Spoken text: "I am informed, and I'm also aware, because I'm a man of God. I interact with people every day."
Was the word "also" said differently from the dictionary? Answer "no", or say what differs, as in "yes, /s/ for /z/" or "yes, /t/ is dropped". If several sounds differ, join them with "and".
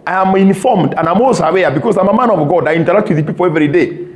yes, /l/ is dropped